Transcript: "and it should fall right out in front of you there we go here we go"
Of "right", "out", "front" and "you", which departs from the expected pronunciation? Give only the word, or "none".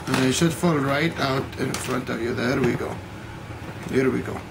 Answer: none